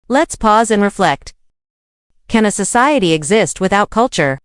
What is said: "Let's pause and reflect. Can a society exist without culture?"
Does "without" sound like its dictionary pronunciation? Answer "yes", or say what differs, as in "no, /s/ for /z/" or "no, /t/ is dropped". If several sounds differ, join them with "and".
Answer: yes